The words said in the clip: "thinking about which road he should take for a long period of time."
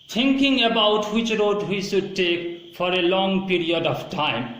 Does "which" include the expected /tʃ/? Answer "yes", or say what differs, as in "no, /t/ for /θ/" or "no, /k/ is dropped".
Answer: yes